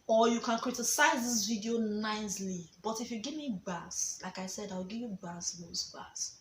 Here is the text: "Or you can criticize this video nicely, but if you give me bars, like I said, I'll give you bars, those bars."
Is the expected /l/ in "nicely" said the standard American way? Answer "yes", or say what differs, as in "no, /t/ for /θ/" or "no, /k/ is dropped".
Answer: yes